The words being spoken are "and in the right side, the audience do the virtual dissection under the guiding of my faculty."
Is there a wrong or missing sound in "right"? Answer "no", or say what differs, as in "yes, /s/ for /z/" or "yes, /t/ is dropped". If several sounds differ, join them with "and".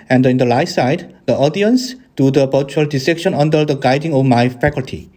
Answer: yes, /l/ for /ɹ/